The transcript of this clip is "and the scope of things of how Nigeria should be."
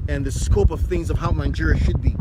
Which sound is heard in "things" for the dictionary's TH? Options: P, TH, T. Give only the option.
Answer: TH